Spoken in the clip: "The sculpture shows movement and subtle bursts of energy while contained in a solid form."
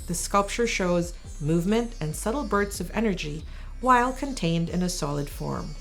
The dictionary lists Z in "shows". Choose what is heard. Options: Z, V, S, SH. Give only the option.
Z